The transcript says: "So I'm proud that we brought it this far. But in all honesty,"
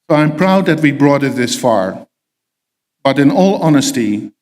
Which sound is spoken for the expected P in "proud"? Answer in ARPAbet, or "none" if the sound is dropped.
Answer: P